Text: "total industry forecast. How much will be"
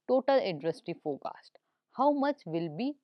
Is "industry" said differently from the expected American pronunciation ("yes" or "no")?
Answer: yes